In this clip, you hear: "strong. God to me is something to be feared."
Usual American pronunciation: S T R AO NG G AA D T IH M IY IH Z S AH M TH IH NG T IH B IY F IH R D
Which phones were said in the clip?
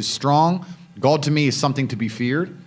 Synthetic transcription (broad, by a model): S T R AO NG G AA D T IH M IY IH Z S AH M TH IH NG T IH B IY F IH R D